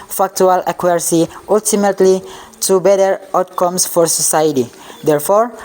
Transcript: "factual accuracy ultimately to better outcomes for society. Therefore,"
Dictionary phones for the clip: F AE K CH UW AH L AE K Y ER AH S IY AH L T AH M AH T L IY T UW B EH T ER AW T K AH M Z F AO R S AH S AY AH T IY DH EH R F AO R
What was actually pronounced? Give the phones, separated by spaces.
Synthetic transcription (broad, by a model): F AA K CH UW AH L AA K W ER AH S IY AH L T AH M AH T L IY T UW B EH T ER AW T K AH M S F AO R S AH S AY AH T IY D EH R F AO R